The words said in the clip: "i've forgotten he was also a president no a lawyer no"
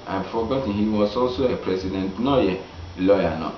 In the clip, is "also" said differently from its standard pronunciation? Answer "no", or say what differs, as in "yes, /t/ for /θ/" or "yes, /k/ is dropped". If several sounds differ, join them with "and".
no